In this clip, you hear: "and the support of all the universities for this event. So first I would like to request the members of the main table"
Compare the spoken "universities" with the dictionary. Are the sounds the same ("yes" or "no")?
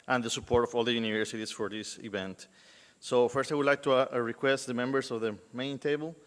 no